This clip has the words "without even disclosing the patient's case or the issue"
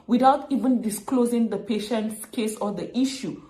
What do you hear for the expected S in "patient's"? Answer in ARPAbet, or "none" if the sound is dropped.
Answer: S